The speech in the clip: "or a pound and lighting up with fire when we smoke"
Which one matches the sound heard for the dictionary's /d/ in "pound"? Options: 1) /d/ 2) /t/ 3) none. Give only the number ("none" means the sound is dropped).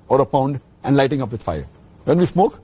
1